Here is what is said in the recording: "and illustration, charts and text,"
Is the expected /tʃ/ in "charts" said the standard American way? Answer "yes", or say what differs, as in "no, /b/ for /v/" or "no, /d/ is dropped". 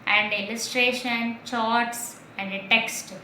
yes